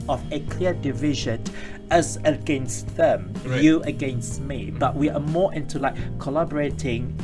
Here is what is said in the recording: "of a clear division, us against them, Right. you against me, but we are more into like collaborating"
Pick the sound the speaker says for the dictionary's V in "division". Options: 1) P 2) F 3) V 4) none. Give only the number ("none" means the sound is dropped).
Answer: 3